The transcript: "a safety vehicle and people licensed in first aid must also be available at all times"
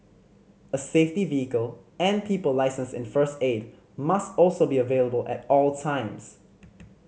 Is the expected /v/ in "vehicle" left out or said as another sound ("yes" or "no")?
no